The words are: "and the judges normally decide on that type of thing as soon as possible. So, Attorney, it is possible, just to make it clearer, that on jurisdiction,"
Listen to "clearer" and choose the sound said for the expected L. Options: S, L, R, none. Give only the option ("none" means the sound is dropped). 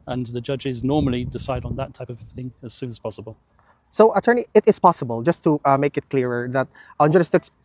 L